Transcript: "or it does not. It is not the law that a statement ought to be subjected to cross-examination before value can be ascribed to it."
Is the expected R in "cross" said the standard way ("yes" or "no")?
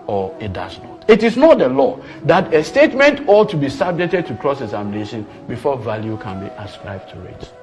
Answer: yes